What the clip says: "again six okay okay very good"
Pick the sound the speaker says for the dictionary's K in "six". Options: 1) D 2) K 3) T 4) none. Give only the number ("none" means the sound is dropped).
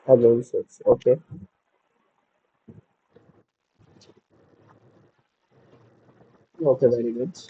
4